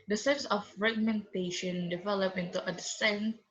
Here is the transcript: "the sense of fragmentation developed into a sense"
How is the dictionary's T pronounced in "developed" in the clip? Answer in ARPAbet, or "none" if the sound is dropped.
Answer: none